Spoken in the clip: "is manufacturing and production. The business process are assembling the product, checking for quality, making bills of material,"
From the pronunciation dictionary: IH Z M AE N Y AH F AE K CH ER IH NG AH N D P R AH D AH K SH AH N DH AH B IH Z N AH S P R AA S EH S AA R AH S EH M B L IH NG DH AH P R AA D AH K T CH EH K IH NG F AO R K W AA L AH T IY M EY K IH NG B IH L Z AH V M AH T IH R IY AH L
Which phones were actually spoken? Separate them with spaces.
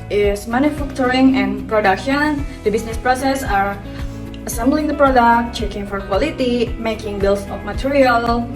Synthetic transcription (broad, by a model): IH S M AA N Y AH F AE K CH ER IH NG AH N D P R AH D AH K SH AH N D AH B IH S N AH S P R AA S EH S AA R AH S EH M B L IH NG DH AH P R AA D AH K T CH EH K IH NG F AO R K W AA L AH T IY M EY K IH NG B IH L S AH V M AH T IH R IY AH L